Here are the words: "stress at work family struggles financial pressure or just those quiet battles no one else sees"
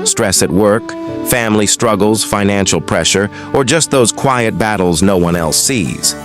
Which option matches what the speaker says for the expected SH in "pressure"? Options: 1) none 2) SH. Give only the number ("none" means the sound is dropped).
2